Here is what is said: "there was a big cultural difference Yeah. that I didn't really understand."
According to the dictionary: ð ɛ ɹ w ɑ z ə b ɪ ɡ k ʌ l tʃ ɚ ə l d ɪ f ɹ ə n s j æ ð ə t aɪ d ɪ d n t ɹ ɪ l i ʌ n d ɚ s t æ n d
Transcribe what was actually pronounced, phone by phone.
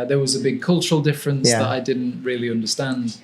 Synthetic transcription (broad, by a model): ð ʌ ɹ w ɑ z ə b ɪ ɡ k ʌ l tʃ ɚ ə l d ɪ f ɹ ə n s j ð ə t aɪ d ɪ d n t ɹ ɪ l i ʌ n d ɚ s t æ n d